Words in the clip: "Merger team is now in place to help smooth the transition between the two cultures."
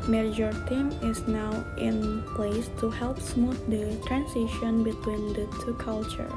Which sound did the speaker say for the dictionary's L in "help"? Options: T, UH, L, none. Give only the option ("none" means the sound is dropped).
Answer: L